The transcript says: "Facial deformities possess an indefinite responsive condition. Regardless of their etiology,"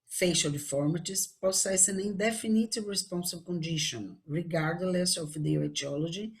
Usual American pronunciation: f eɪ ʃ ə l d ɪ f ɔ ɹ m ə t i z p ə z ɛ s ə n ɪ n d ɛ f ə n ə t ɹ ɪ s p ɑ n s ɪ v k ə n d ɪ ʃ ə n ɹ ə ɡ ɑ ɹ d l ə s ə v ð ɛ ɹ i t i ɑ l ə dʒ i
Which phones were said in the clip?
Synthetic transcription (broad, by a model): f eɪ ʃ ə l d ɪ f ɔ ɹ m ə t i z p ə s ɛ s ə n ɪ n d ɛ f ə n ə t ɹ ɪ s p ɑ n s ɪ b k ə n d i ʃ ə n ɹ ə ɡ ɑ ɹ d l ə s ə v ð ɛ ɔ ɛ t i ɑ l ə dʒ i